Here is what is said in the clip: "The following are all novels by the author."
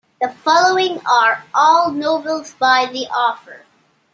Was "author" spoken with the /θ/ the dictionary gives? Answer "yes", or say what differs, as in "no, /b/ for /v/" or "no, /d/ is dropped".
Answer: no, /f/ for /θ/